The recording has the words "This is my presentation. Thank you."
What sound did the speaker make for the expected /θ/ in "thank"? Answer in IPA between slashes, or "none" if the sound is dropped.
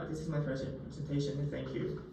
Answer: /θ/